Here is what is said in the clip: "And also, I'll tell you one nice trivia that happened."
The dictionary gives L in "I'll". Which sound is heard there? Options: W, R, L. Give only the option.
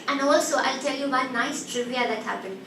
L